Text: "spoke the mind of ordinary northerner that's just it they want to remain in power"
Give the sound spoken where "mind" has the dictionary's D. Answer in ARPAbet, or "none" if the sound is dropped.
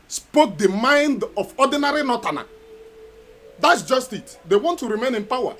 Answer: D